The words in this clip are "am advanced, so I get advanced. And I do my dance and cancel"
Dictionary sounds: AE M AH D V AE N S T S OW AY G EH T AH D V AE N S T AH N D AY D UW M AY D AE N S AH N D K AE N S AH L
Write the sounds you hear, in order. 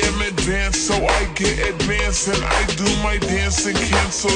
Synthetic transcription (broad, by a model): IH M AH D V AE N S S OW AY G EH T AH D V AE N S AH N AY D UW M AY D AE N S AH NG K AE N S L